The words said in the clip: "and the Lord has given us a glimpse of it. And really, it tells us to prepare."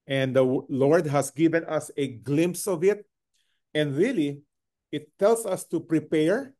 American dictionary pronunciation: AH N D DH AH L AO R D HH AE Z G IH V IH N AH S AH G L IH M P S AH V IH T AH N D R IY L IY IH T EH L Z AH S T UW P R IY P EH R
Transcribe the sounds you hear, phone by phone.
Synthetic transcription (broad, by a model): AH N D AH L AO R D HH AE S G IH V IH N AH S AH G L IH M P S AH V IH T AH N D R IY L IY IH T EH L S AH S T UW P R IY P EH R